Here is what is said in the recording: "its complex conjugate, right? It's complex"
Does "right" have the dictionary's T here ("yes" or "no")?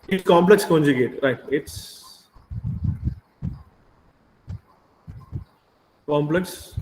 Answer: yes